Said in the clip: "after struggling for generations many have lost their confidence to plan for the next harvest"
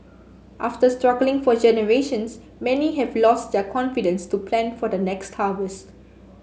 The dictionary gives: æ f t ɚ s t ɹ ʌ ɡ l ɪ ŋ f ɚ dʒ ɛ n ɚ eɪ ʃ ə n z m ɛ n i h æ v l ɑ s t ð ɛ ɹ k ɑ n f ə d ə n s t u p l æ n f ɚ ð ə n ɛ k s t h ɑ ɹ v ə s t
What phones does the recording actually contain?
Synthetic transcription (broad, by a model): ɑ f t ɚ s t ɹ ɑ ɡ l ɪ ŋ f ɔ dʒ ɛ n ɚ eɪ ʃ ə n s m ɛ n i h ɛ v l ɑ s t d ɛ k ɑ n f ə d ə n s t u p l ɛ n f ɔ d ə n ɛ k s t h ɑ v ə s t